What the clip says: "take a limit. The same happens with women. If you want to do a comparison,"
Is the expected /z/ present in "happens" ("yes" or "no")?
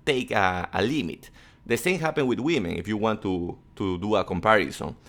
no